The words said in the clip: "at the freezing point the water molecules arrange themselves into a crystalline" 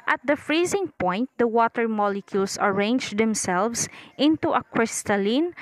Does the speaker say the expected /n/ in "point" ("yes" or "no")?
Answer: yes